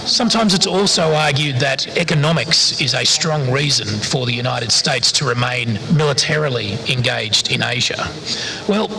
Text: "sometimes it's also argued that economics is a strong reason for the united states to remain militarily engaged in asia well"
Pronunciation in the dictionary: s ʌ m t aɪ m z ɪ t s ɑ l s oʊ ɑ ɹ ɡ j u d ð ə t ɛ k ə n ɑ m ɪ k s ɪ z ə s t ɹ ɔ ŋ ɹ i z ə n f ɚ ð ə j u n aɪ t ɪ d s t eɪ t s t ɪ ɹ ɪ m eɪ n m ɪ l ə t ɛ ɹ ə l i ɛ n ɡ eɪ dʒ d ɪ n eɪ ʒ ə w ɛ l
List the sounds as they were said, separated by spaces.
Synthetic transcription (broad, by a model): s ʌ m t aɪ m z ɪ t s ɑ l s oʊ ɑ ɹ ɡ j u d ð ə t ɛ k ə n ɑ m ɪ k s ɪ z ə s t ɹ ɔ ŋ ɹ i z ə n f ɚ ð ə j u n aɪ t ɪ d s t eɪ t s t ɪ ɹ ɪ m eɪ n m ɪ l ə t ɛ ɹ l i ɛ n ɡ eɪ dʒ d ɪ n eɪ ʒ ə w ɛ l